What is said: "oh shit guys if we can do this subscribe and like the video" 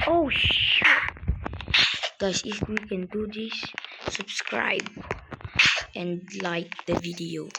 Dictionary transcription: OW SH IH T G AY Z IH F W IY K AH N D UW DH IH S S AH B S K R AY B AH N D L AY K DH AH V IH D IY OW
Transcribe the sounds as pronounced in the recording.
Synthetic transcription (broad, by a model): OW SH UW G AY S IH F W IY K AH N D UW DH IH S S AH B S K R AY B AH N L AY K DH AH V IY D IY OW